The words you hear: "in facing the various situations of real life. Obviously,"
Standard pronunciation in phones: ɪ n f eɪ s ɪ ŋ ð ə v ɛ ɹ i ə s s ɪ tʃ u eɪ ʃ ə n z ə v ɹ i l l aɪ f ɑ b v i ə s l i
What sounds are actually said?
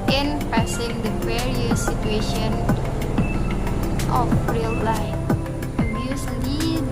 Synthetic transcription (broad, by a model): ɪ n p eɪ s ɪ ŋ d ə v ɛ ɹ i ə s s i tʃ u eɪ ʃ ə n ə f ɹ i l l aɪ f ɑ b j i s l i